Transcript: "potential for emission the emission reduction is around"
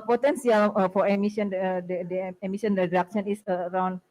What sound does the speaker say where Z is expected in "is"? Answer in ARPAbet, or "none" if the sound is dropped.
S